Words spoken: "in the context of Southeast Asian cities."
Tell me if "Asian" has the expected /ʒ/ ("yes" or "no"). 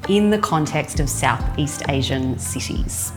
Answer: yes